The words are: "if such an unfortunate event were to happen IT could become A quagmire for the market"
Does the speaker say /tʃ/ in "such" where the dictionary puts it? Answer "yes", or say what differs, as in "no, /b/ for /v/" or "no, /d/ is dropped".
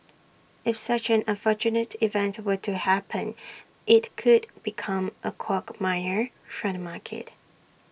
yes